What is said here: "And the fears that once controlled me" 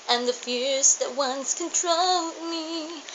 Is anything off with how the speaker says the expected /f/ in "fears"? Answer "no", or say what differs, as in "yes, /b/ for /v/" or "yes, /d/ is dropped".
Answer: no